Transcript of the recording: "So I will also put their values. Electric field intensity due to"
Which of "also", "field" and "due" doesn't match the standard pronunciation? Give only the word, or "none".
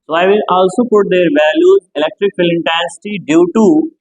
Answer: field